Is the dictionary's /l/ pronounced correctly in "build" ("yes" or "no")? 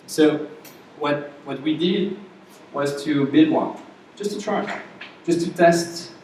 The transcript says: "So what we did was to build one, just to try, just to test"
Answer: no